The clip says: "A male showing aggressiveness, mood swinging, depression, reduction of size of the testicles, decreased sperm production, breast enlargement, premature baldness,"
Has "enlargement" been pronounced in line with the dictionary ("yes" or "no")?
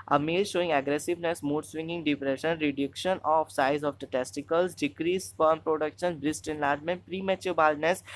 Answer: yes